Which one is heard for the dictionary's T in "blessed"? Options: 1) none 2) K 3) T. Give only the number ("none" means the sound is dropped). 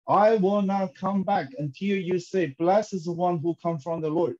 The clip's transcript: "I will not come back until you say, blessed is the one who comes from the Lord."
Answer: 1